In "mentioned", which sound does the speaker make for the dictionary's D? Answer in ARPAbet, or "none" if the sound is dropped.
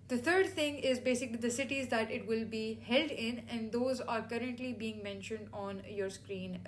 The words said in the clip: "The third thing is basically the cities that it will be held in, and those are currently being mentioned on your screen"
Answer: D